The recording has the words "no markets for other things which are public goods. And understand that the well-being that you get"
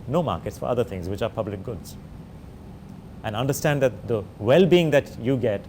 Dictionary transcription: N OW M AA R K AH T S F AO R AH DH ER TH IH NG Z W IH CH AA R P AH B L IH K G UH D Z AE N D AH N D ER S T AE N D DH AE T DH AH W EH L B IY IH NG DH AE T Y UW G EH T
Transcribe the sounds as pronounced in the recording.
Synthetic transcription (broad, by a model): N OW M AA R K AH T S F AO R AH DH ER T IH NG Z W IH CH AA R P AH B L IH K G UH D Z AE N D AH N D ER S T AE N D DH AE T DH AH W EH L B IY IH NG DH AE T Y UW G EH T